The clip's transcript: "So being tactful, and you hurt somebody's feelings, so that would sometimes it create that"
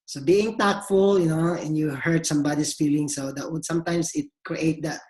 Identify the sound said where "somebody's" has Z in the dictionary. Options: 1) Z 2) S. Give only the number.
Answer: 2